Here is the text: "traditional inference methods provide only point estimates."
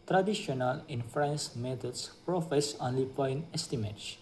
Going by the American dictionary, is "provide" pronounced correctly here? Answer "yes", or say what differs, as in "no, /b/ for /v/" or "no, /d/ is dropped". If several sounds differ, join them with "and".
no, /f/ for /v/